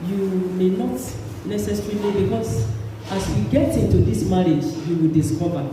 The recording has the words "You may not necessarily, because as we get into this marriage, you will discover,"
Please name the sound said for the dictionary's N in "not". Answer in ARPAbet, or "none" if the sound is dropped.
N